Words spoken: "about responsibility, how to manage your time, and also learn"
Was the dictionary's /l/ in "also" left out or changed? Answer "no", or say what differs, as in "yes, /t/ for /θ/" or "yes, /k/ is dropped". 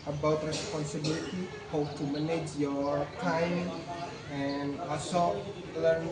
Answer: yes, /l/ is dropped